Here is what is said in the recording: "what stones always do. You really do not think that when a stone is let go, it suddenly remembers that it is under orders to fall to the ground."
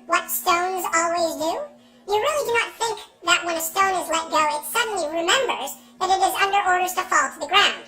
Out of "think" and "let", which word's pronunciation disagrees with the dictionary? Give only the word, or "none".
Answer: none